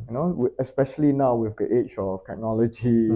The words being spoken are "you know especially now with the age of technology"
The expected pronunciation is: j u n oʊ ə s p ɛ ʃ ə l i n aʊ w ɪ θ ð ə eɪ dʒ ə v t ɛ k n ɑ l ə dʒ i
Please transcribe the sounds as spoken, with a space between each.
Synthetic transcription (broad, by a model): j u n oʊ ə s p ɛ ʃ ə l i n aʊ w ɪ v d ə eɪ tʃ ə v t ɛ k n ɑ l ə dʒ i